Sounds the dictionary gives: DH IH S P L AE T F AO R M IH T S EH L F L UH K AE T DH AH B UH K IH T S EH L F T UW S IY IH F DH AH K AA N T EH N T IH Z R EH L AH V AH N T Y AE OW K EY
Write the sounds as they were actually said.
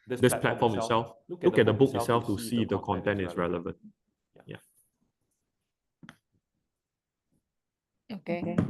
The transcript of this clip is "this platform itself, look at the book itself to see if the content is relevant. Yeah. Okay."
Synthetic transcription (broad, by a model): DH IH S P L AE T F AO M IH T S EH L F L UH K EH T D AH B UH K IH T S EH L F T UW S IY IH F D AH K AA N T EH N T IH S R EH L AH V AH N T Y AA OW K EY